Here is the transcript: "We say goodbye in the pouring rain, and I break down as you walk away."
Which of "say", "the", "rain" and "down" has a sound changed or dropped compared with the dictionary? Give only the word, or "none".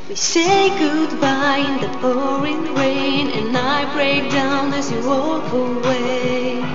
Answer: none